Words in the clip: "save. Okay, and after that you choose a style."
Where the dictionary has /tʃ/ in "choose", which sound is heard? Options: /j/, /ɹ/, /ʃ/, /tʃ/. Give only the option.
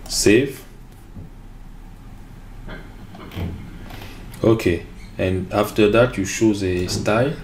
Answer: /ʃ/